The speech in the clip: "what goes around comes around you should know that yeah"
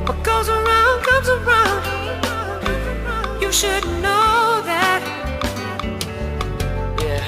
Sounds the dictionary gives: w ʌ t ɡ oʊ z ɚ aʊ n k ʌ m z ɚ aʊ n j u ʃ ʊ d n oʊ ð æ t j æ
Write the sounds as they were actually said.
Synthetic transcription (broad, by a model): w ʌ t ɡ oʊ z ɚ aʊ n k ʌ m z ɚ aʊ n j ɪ ʃ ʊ d n oʊ ð æ t j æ